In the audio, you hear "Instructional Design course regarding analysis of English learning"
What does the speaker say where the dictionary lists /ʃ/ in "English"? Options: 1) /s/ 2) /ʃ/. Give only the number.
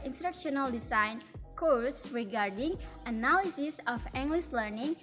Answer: 1